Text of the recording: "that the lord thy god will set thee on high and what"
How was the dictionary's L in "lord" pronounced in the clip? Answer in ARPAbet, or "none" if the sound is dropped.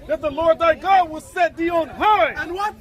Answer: L